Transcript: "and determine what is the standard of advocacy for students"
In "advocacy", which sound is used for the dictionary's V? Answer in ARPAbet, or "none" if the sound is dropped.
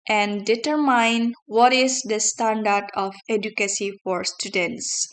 none